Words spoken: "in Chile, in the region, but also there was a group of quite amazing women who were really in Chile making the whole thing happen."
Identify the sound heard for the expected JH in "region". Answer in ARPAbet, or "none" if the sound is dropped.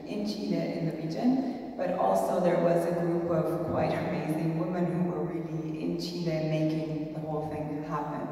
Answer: JH